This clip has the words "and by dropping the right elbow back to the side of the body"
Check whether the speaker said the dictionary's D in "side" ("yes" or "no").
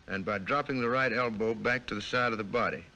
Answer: yes